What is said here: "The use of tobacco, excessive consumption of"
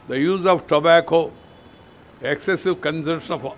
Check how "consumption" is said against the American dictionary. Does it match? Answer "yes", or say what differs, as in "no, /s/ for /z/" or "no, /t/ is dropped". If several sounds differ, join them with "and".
no, /m/ is dropped